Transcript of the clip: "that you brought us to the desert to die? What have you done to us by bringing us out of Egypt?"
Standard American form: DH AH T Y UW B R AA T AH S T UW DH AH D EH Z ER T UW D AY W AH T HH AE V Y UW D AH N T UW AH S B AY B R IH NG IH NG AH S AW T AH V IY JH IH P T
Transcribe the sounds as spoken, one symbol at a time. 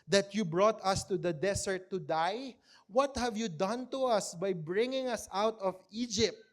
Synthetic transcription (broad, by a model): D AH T Y UW B R AA T AH S T UW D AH D EH S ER T UW D AY W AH T HH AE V Y UW D AH N T UW AH S B AY B R IH NG IH NG AH S AW T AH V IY JH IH P T